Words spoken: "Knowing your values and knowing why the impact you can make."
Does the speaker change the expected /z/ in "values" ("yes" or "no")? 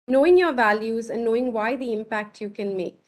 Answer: no